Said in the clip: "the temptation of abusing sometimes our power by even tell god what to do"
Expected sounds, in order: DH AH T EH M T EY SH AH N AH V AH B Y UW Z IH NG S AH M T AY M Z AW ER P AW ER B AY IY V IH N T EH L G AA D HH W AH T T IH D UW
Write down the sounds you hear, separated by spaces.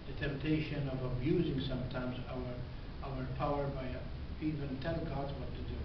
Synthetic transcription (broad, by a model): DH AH T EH M T EY SH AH N AH V AH B Y UW Z IH NG S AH M T AY M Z AW ER P AW ER B AY IY V IH N T EH L G AA D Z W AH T T IH D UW